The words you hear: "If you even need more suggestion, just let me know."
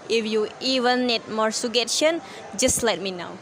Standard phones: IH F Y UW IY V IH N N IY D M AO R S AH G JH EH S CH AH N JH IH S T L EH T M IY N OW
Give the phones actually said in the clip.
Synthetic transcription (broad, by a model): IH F Y UW IY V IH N N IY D M AO R S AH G EH CH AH N JH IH S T L EH T M IY N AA